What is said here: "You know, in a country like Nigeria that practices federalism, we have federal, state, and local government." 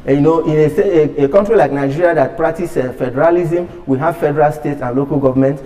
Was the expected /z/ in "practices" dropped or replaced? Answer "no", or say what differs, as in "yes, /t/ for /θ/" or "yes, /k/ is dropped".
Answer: yes, /z/ is dropped